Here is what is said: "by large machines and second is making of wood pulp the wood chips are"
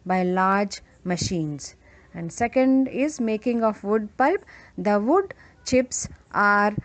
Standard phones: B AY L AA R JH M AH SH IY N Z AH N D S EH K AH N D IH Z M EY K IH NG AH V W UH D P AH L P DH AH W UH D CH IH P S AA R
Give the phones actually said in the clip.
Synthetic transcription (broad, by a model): B AY L AA R JH M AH SH IY N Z AH N D S EH K AH N D IH Z M EY K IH NG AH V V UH D P AH L P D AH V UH D CH IH P S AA R